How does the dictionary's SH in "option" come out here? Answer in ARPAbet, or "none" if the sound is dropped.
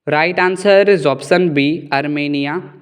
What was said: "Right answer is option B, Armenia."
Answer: S